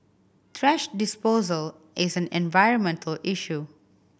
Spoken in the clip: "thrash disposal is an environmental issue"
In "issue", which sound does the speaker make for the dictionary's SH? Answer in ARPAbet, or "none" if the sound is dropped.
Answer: SH